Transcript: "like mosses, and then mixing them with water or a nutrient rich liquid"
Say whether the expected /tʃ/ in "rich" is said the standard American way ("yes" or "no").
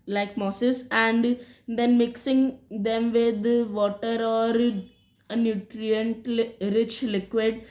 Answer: yes